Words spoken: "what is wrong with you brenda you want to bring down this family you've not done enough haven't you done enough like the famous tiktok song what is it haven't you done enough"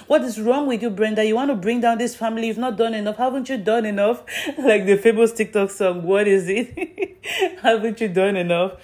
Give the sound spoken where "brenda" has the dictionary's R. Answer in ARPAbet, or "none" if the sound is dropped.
R